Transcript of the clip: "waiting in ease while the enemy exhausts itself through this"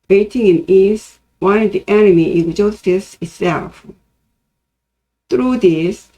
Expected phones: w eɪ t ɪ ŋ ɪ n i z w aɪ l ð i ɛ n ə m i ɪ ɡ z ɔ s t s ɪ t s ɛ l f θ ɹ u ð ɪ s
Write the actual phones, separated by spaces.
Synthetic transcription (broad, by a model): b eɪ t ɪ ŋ ɪ n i s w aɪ n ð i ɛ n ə m i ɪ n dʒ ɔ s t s ɪ t s ɛ l f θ ɹ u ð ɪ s